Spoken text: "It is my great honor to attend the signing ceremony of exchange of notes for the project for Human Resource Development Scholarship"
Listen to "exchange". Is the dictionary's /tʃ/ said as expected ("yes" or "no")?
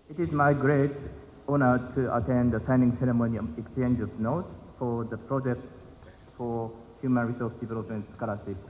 yes